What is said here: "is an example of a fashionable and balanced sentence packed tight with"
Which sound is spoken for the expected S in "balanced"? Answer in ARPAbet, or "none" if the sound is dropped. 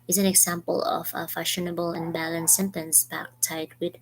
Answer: none